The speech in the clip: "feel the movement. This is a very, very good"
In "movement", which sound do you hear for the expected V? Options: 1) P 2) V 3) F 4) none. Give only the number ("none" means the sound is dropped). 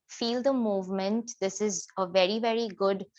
2